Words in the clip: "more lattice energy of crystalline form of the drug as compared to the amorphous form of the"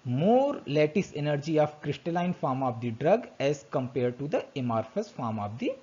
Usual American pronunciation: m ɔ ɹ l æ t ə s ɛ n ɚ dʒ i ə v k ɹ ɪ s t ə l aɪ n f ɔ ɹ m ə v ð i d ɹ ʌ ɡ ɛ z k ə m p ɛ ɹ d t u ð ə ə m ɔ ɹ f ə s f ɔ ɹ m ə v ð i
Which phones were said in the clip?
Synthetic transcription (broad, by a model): m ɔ ɹ l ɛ t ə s ɛ n ɚ dʒ i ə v k ɹ ɪ s t ə l aɪ n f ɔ ɹ m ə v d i d ɹ ʌ ɡ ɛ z k ə m p ɛ ɹ d t u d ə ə m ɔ ɹ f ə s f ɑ ɹ m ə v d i